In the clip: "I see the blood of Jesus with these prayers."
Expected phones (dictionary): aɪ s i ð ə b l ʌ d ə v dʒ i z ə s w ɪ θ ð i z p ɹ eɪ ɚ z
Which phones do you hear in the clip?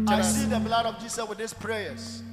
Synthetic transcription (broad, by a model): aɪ s i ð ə b l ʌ d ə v dʒ i s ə s w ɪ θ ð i s p ɹ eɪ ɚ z